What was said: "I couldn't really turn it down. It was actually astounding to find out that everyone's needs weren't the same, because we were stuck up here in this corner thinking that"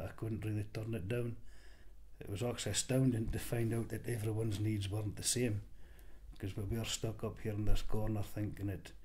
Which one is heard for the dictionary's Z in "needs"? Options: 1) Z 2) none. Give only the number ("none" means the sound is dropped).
1